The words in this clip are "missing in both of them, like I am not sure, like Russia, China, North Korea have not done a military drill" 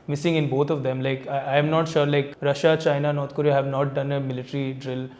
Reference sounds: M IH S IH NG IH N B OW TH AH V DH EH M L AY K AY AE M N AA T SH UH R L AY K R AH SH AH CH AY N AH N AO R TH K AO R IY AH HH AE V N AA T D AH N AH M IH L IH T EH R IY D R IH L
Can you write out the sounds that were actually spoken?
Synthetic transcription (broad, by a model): M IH S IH NG IH N B OW T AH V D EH M L AY K AY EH M N AA T SH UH R L AY K R AH SH AH CH AY N AH N AO R T K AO R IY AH HH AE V N AA T D AH N AH M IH L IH T R IY D R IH L